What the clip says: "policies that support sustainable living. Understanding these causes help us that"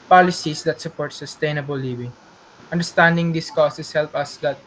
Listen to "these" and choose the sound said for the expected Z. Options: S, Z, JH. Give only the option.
S